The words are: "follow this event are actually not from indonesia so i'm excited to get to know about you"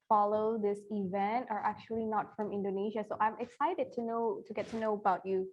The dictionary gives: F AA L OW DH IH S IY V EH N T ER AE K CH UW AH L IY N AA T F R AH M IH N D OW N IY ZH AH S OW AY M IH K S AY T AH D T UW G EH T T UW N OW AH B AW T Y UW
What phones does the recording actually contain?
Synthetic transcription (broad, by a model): F AA L OW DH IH S IY V EH N T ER AE K CH UW AH L IY N AA T F R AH M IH N D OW N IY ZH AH S OW AY M IH K S AY T AH D T UW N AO T T UW N OW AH B AW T Y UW